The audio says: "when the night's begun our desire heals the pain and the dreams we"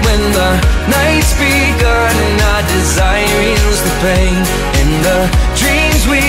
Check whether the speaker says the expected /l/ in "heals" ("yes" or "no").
no